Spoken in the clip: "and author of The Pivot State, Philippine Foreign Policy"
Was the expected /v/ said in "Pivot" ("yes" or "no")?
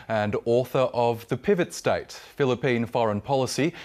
yes